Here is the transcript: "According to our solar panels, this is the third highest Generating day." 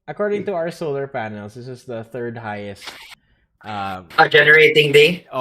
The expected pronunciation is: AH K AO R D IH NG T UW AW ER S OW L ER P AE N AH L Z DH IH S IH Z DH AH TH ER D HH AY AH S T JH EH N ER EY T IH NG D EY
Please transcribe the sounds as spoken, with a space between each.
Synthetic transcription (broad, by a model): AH K AO R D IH NG T UW AW ER S OW L ER P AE N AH L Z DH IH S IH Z DH AH TH ER D HH AY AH S T JH EH N ER EY T IH NG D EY